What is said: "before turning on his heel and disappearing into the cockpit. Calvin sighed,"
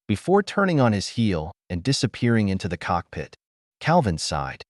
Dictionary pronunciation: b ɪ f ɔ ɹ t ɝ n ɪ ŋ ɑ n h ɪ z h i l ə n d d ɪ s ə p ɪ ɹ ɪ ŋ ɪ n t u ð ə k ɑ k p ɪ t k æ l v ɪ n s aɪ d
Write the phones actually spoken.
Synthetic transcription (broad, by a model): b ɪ f ɔ ɹ t ɝ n ɪ ŋ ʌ n ɪ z h i l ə n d d ɪ s ə p ɪ ɹ ɪ ŋ ɪ n t u ð ə k ɑ k p ɪ t k æ l v ɪ n s aɪ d